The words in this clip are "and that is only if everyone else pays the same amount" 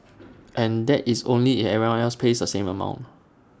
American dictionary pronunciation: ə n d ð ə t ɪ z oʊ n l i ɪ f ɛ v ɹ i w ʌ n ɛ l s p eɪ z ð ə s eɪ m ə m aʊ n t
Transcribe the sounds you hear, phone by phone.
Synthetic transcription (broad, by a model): ə n d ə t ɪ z oʊ n l i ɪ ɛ ɹ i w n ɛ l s p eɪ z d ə s eɪ m ə m aʊ n t